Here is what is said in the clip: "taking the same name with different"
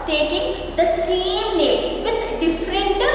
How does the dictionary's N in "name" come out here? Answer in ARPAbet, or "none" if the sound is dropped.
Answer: L